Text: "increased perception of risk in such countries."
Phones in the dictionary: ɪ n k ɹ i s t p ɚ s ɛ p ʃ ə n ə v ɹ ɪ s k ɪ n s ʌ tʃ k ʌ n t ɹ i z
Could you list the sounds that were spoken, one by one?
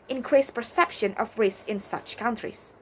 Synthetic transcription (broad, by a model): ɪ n k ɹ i s p ɚ s ɛ p ʃ ə n ə v ɹ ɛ s ɪ n s ʌ tʃ k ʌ n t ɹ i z